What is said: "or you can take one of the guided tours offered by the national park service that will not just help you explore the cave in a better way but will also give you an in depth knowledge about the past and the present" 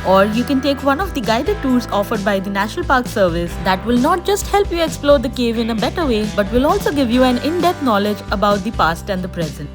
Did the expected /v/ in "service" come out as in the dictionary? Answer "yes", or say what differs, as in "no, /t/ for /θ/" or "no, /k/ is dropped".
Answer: yes